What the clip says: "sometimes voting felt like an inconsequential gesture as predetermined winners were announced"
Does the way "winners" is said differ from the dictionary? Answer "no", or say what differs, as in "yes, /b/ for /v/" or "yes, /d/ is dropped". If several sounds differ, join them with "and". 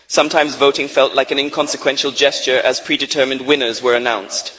no